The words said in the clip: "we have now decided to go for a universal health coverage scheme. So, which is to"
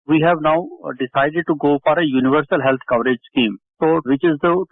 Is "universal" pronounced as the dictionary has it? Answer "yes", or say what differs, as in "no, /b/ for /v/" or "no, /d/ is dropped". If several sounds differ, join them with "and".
yes